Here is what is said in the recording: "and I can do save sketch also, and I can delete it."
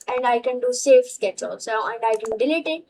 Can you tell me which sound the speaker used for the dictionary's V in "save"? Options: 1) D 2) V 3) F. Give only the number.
3